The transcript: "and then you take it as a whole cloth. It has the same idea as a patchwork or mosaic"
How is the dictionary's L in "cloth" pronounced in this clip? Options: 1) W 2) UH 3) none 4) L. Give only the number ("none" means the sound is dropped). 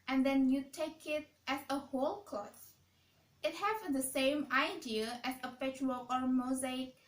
3